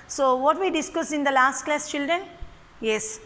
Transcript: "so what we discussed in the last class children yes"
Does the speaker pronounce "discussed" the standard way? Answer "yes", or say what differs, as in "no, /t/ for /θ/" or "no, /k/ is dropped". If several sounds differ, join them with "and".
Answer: no, /t/ is dropped